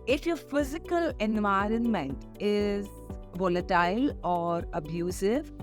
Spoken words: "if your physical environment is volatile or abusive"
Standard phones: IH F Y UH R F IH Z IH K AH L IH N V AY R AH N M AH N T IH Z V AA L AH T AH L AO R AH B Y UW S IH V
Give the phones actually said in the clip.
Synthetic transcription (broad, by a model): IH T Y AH F IH Z IH K AH L IH N V AY R AH N M AH N T IH Z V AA L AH T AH L AO R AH B Y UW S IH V